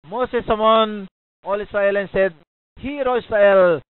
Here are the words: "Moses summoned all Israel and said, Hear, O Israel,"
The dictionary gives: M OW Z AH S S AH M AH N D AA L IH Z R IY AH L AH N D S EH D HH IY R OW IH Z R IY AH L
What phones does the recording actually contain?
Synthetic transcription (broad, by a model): M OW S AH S S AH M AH N AA L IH S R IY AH L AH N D S EH D HH IY R OW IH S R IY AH L